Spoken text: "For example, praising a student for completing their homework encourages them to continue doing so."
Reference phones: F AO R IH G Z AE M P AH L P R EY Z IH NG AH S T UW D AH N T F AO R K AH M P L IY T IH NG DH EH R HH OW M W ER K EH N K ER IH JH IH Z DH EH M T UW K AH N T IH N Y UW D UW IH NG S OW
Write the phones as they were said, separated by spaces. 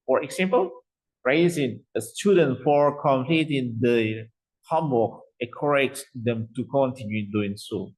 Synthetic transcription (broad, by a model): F AO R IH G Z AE M P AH L R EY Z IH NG AH S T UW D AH N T F AO R K AH M P L IY T IH NG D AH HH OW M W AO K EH K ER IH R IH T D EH M T UW K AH N T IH N Y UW D UW IH NG S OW